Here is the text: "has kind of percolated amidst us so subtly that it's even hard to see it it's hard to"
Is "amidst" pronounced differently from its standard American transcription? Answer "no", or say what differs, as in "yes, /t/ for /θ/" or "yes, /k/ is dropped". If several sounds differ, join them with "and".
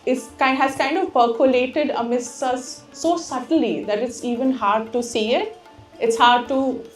yes, /t/ is dropped